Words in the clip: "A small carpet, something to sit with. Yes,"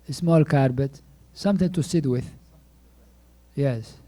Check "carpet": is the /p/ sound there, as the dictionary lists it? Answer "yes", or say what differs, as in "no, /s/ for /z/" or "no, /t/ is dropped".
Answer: no, /b/ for /p/